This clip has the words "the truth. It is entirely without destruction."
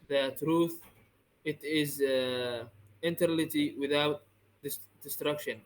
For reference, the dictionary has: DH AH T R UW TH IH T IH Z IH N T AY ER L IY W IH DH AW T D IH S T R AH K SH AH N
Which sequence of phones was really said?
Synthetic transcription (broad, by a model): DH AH T R UW TH IH T IH Z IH N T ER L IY W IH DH AW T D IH S T R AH K SH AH N